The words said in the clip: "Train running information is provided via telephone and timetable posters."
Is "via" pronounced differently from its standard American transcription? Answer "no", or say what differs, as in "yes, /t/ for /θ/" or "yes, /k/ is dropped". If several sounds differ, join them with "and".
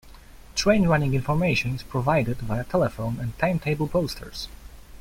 yes, /b/ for /v/